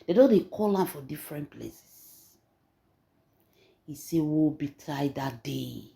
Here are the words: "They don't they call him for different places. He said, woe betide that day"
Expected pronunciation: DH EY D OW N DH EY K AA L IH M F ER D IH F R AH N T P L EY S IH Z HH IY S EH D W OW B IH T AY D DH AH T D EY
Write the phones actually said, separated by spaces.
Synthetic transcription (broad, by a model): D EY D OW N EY K AA L IH M F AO D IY F R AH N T P L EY S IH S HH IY S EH W OW B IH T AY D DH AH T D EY